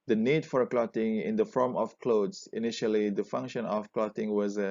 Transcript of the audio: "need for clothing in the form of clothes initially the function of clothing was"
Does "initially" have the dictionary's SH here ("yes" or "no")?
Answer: yes